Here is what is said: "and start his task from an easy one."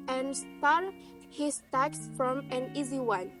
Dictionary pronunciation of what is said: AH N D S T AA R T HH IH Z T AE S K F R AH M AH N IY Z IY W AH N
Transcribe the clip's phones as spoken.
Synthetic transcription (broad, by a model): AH N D S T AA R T HH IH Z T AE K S F R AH M AH N IY Z IY W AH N